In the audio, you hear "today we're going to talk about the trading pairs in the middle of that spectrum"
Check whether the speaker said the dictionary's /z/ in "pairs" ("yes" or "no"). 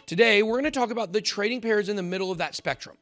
yes